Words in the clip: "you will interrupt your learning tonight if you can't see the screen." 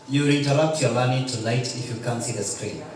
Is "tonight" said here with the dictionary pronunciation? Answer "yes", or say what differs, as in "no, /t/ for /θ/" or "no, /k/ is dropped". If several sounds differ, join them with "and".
no, /l/ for /n/